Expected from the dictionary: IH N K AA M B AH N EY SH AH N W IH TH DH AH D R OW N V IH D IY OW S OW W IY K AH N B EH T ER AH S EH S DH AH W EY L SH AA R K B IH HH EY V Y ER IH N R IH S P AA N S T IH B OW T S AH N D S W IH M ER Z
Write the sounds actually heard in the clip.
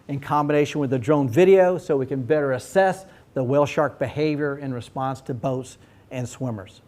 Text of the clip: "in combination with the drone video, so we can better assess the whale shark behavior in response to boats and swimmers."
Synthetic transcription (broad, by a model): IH N K AA M B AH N EY SH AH N W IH DH AH D R OW N V IH D IY OW S OW W IY K AH N B EH T ER AH S EH S DH AH W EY L SH AA R K B IH HH EY V Y ER IH N R IH S P AA N S T IH B OW T S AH N S W IH M ER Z